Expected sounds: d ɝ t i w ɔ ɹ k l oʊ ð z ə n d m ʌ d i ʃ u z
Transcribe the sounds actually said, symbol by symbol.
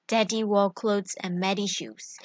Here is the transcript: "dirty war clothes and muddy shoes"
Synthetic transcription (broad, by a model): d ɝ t i w ɔ l k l oʊ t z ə n m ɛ d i ʃ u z